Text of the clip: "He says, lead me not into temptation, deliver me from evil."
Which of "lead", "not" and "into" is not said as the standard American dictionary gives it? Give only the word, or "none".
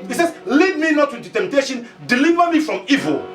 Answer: into